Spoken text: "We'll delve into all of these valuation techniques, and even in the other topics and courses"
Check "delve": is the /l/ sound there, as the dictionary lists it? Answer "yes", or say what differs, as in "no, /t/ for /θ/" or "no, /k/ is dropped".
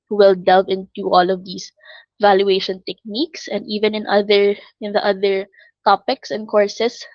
yes